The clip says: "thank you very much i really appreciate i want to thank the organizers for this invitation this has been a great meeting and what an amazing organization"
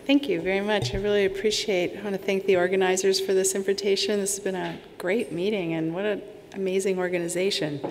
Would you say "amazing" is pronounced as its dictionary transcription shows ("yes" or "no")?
yes